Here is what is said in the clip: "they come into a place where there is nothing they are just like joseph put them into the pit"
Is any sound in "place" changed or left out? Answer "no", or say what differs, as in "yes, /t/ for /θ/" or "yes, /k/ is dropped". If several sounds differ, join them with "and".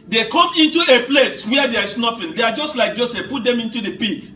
no